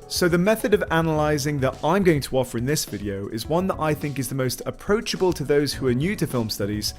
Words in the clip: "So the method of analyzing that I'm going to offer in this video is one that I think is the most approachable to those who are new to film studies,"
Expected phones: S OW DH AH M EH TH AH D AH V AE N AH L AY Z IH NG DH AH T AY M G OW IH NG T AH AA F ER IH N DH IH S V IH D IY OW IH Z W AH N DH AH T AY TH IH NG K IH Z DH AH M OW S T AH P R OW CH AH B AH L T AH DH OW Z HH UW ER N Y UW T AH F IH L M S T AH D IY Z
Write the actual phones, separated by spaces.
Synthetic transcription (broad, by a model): S OW DH AH M EH TH AH D AH V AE N AH L AY Z IH NG DH AH T AY M G OW IH NG T AH AA F ER IH N DH IH S V IH D IY OW IH Z W AH N DH AH T AY TH IH NG K IH Z DH AH M OW S T AH P R OW CH AH B AH L T AH DH OW Z HH UW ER N Y UW T AH F IH L M S T AH D IY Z